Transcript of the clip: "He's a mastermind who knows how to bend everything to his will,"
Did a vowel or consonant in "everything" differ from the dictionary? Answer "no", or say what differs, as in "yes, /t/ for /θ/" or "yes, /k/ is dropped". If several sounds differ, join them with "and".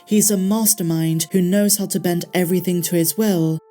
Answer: no